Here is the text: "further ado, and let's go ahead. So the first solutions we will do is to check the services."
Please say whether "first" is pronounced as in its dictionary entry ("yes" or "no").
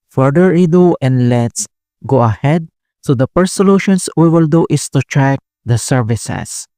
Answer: no